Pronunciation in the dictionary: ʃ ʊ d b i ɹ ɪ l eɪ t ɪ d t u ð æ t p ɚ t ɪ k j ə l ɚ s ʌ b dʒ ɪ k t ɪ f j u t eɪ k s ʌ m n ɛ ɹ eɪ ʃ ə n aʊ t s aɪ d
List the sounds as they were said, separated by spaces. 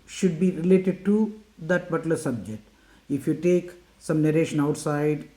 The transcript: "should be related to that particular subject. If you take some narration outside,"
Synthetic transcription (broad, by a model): ʃ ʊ d b i ɹ ɪ l eɪ t ɪ d t u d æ t b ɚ t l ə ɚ s ʌ b dʒ ɪ k t ɪ f j u t eɪ k s ʌ m n ɛ ɹ eɪ ʃ ə n aʊ t s aɪ d